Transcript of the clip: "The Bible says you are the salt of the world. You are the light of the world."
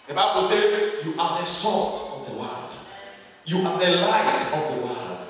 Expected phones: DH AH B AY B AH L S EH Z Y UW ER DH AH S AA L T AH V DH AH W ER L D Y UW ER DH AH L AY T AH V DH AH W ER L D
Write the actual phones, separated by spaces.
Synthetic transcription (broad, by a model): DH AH B AY B AH L S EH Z Y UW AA DH AH S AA T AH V DH AH W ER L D Y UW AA DH AH L AY T AH V DH AH W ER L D